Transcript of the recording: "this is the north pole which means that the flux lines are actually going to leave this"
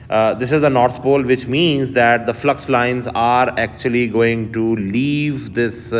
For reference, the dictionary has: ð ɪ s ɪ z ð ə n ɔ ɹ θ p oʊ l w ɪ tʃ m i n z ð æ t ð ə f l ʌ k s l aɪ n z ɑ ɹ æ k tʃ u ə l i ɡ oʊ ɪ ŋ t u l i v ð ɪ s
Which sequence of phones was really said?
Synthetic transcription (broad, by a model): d ɪ s ɪ z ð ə n ɔ ɹ t p oʊ l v ɪ tʃ m i n z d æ t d ə f l ʌ k s l aɪ n z ɑ ɹ æ k tʃ u ə l i ɡ oʊ ɪ ŋ t u l i v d ɪ s